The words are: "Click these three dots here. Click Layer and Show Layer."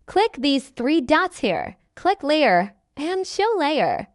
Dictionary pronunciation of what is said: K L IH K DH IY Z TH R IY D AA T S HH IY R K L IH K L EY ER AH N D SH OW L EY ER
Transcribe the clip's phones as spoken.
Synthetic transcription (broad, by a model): K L IH K DH IY Z TH R IY D AA T S HH IY R K L IH K L EY ER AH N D SH OW L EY ER